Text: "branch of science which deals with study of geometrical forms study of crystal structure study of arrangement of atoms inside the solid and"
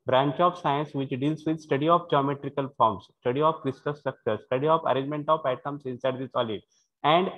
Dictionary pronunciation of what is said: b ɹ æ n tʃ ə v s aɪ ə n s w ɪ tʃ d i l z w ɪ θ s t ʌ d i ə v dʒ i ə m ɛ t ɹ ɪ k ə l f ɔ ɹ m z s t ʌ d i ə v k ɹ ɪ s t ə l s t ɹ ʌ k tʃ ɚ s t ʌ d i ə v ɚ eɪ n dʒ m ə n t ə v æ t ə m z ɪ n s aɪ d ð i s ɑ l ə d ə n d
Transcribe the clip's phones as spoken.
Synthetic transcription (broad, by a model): b ɹ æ n tʃ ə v s aɪ ə n s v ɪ tʃ d i l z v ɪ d s t ʌ d i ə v dʒ i ə m ɛ t ɹ ɪ k ə l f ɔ ɹ m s s t ʌ d i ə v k ɹ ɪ s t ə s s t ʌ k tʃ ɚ s t ʌ d i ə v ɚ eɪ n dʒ m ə n t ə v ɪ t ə m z ɪ n s aɪ d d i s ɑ l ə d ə n d